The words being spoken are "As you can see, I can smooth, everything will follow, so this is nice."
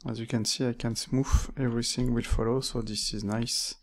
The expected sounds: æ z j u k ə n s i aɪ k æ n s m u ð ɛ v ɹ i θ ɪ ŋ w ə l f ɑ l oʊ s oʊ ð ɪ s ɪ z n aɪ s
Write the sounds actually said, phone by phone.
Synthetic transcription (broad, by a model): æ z j u k ə n s i aɪ k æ n s m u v ɛ v ɹ i θ ɪ ŋ w ə l f ɑ l oʊ s oʊ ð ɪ s ɪ z n aɪ s